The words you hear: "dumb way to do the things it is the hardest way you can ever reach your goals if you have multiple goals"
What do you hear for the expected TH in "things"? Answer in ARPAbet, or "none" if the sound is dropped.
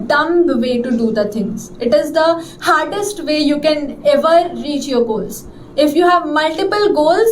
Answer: T